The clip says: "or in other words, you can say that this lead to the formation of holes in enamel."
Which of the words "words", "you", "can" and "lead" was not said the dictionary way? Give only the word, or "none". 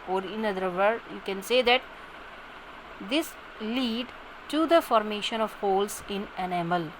words